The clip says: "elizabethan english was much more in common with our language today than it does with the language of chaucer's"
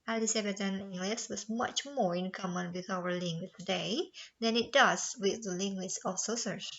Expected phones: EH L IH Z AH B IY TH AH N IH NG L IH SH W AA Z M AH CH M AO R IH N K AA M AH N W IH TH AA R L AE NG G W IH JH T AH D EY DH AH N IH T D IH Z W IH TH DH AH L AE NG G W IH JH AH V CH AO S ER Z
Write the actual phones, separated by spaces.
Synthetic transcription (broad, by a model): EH L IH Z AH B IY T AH N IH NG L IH S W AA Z M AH CH M AO R IH N K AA M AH N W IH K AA W L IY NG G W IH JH T AH D EY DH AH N IH T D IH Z W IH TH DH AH L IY NG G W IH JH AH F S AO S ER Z